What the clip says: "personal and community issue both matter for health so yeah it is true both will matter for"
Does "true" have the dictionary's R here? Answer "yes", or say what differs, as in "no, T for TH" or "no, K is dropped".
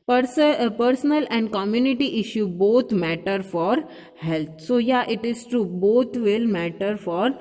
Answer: no, R is dropped